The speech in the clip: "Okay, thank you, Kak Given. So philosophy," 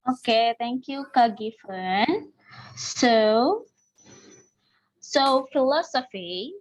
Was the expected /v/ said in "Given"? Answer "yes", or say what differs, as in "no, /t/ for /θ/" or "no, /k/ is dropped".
no, /f/ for /v/